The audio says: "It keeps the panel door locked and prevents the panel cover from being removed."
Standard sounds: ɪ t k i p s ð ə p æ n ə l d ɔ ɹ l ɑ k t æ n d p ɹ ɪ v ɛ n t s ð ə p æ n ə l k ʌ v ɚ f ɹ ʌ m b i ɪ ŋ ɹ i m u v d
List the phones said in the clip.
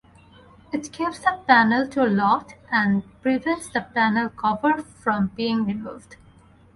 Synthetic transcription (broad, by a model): ɪ t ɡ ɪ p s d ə p æ n ə l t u l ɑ t æ n d p ɹ ɪ v ɛ n t s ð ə p æ n ə l k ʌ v ɚ f ɹ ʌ m b i ɪ ŋ ɹ i m u v d